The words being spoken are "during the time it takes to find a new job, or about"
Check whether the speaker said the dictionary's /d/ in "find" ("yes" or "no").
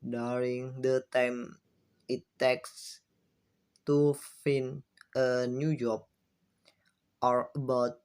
no